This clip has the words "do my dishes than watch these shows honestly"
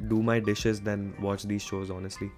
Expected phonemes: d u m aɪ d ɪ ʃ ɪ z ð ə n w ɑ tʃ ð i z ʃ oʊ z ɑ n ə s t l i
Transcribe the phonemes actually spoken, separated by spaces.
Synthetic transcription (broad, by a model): d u m aɪ d ɪ ʃ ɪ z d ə n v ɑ tʃ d i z ʃ oʊ z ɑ n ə s t l i